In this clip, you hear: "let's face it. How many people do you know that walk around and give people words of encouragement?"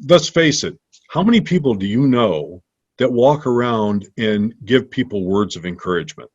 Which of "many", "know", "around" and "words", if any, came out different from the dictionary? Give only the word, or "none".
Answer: none